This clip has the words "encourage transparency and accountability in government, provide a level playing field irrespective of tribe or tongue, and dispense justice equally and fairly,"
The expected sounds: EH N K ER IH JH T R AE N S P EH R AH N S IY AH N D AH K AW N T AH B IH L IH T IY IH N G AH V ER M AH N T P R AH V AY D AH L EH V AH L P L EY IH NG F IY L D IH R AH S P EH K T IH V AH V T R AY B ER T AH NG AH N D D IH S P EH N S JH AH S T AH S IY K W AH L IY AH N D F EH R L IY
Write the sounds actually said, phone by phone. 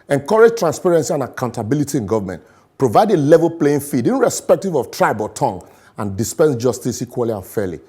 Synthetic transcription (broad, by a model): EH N K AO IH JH T R AE N S P EH R AH N S IY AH N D AH K AW N T AH B IH L IH T IY IH N G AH V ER M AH N T P R AH V AY D AH L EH V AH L P L EY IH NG F IY D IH R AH S P EH K T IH V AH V T R AY B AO T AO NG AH N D D IH S P EH N S JH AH S T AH S IY K W AH L IY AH N F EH L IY